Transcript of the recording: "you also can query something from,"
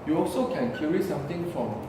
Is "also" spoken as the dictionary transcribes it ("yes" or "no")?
yes